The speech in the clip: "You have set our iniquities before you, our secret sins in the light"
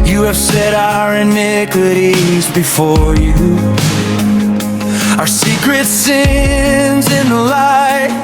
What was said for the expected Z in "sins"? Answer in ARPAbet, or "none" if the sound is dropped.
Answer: Z